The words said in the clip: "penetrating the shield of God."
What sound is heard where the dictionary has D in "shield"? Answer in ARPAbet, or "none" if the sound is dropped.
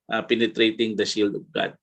D